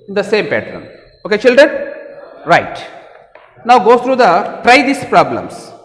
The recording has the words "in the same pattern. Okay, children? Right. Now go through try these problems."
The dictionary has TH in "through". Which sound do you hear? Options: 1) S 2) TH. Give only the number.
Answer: 1